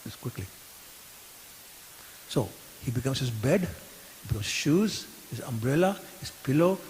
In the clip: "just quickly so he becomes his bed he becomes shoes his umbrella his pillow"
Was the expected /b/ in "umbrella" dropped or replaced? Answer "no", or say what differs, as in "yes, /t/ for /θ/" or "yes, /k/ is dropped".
no